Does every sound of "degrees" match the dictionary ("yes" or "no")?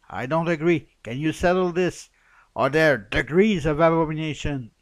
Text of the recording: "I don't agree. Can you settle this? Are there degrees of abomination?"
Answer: yes